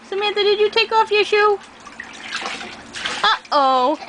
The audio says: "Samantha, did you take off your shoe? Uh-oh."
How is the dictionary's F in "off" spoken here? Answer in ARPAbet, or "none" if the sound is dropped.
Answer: F